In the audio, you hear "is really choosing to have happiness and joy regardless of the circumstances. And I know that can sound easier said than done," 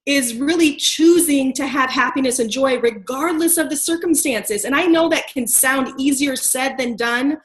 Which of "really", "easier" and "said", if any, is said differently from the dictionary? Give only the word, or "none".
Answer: none